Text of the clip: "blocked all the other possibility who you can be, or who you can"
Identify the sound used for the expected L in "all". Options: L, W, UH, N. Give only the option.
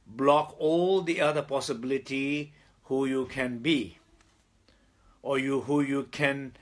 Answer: L